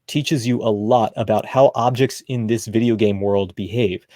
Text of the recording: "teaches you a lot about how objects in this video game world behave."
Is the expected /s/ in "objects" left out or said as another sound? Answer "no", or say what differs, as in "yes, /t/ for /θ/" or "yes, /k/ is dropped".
no